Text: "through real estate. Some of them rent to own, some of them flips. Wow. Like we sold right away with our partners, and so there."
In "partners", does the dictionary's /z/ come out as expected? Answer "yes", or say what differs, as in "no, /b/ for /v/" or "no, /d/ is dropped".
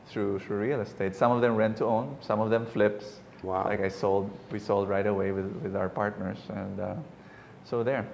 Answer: no, /s/ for /z/